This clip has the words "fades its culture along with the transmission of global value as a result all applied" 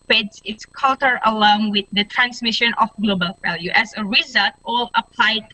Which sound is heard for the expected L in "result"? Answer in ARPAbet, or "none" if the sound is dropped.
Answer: L